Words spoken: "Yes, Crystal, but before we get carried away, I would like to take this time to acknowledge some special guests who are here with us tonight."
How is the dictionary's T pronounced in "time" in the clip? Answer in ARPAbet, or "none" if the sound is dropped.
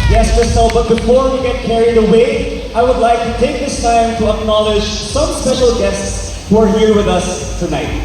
T